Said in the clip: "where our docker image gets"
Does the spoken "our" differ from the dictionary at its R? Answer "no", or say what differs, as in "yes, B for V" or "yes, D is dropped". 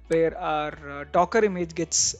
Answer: no